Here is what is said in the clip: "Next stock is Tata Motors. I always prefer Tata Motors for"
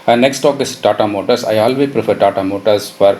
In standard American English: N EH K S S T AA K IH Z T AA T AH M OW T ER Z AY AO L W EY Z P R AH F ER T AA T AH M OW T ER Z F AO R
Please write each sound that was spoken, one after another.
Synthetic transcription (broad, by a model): N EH K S S T AA K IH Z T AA T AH M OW T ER S AY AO L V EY P R AH F ER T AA T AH M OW T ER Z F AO R